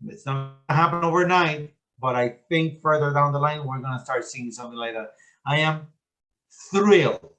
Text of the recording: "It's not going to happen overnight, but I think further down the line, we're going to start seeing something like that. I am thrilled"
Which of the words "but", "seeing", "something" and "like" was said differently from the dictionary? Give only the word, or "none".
none